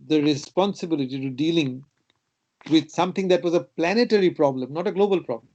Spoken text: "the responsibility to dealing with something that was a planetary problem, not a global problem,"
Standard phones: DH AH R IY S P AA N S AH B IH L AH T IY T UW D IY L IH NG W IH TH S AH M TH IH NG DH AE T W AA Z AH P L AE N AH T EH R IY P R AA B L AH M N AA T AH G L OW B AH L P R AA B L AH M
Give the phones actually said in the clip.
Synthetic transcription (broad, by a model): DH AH R IY S P AA N S AH B IH L AH T IY T UW D IY L IH NG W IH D S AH M T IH NG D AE T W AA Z AH P L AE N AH T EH R IY P R AA B L AH M N AA T AH G L OW B AH L P R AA B L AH M